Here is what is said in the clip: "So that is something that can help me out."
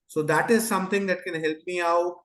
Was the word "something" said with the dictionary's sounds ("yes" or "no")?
no